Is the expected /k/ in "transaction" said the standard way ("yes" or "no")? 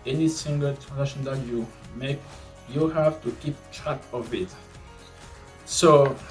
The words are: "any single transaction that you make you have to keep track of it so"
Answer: no